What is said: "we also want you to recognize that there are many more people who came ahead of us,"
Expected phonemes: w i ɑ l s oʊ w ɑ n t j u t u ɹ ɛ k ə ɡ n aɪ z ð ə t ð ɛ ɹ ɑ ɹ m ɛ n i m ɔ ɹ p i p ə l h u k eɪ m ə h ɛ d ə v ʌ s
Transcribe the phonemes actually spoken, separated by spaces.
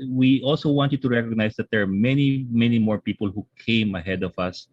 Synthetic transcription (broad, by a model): w i ɑ l s oʊ w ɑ n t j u t u ɹ ɛ k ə ɡ n aɪ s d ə t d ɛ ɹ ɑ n m ɛ n i m ɔ ɹ p i p ə l h u k eɪ m ə h ɛ d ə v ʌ s